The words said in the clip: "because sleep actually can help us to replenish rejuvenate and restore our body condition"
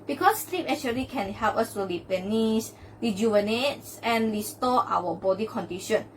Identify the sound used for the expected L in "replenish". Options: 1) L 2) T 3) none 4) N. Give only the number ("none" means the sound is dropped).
3